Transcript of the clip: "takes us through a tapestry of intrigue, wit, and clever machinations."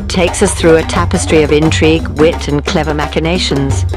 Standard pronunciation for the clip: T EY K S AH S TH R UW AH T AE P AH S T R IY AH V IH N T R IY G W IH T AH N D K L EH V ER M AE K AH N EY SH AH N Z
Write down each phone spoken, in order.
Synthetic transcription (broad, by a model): T EY K S AH S TH R UW AH T AE P AH S T R IY AH V IH N T R IY G W IH T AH N K L EH V ER M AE K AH N EY SH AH N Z